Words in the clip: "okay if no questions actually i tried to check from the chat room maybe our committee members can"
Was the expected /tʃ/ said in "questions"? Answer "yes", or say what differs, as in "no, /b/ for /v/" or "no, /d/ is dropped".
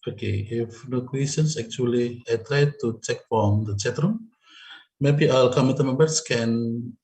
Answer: no, /tʃ/ is dropped